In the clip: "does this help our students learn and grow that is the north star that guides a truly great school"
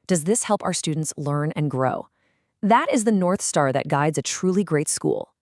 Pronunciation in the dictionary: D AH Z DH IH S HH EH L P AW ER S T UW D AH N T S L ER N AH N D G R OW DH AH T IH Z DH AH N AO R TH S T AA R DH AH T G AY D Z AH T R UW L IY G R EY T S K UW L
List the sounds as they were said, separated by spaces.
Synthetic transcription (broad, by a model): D AH Z DH IH S HH EH L P AW ER S T UW D N T S L ER N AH N G R OW DH AH T IH Z DH AH N AO R TH S T AA R DH AH T G AY D Z AH T R UW L IY G R EY T S K UW L